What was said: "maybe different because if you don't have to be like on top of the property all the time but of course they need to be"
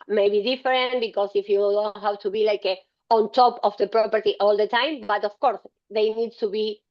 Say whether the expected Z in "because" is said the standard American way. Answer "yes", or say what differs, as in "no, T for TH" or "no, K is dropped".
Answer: no, S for Z